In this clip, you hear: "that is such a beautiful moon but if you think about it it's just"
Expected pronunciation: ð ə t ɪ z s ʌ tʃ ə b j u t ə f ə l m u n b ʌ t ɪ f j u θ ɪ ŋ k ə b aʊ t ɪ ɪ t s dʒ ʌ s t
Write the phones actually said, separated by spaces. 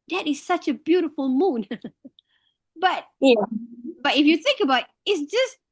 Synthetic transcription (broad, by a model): ð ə t ɪ z s ʌ tʃ ə b j u t ə f ə l m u n b ʌ t ɪ f j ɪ θ ɪ ŋ k ə b aʊ t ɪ ɪ t s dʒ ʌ s t